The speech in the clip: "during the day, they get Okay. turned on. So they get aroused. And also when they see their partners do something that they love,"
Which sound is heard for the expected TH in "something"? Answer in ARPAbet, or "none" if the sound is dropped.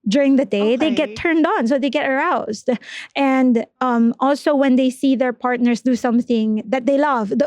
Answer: TH